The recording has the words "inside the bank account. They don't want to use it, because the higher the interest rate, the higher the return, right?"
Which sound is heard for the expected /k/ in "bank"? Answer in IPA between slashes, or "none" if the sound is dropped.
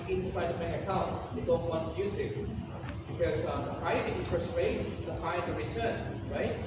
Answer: none